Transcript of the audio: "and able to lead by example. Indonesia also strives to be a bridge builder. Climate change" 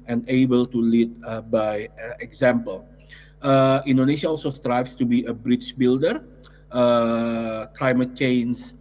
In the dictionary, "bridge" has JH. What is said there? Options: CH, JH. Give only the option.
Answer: CH